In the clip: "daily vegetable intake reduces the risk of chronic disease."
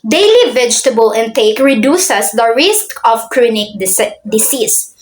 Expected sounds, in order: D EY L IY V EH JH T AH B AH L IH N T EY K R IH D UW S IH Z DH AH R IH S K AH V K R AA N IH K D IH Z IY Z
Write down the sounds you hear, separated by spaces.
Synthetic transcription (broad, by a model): D EY L IY V EH JH T AH B AH L IH N T EY K R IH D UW S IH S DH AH R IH S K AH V K R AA N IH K D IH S IY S